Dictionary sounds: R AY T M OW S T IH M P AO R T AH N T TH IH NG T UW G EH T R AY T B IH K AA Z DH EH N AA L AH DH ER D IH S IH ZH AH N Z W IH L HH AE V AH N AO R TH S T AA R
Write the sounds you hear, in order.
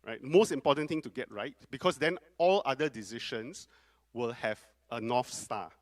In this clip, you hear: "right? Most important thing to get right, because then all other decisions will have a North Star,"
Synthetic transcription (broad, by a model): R AY T M OW S T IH M P AO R T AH N T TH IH NG T UW G EH T R AY T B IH K AA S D EH N AA L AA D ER D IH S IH SH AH N S W IH L HH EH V AH N AO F S T AA